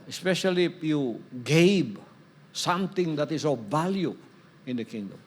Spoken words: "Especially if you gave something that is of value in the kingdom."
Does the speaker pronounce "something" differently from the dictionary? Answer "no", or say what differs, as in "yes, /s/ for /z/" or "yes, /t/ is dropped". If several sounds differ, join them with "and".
yes, /t/ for /θ/